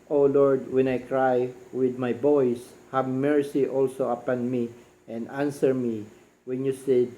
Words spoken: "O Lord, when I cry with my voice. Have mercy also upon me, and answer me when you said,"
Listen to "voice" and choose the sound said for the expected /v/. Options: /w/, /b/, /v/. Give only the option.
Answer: /b/